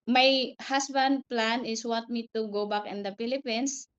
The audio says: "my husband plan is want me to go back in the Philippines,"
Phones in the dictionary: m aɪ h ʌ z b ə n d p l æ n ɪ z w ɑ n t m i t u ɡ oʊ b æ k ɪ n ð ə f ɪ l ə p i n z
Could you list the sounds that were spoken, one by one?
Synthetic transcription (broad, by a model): m aɪ h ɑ s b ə n d p l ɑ n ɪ s w ɑ n t m i t u ɡ oʊ b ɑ k ɪ n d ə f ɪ l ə p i n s